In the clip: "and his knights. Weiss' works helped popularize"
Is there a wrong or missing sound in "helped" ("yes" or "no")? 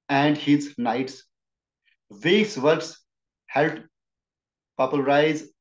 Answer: yes